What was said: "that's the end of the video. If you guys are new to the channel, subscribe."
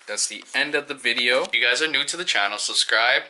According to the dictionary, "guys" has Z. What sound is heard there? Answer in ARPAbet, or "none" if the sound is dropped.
Z